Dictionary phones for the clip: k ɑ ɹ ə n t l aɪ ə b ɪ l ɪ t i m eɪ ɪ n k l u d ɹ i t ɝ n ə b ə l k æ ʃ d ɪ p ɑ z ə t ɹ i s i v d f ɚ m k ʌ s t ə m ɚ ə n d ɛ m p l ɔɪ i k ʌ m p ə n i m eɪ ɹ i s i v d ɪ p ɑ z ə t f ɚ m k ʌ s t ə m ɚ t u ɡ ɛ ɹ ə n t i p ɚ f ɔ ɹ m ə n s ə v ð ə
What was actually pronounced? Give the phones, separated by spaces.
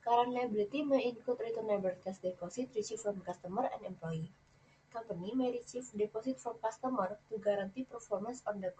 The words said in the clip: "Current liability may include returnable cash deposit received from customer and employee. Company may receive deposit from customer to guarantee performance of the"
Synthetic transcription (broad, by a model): k ɑ ɹ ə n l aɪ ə b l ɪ t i m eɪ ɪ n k u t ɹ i t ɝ n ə b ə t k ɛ s d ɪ p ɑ s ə t ɹ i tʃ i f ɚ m k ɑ s t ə m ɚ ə n ɛ m p l ɔɪ i k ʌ m p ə n i m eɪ ɹ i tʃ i f d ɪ p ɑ s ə t f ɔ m k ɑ s t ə m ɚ t u ɡ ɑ ɹ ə n t i p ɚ f ɔ ɹ m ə n s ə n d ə